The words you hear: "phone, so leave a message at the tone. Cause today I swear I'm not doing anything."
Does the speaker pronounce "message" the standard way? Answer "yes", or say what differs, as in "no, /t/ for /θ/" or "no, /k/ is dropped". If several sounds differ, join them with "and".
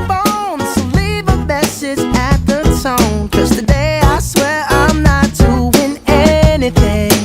no, /z/ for /dʒ/